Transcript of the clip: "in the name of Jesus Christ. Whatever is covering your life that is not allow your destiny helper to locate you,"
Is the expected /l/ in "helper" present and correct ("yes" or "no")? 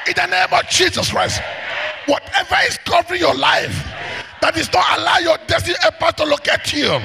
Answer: no